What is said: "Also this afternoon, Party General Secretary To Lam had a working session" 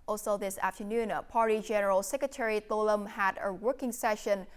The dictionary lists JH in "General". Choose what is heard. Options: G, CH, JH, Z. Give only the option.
JH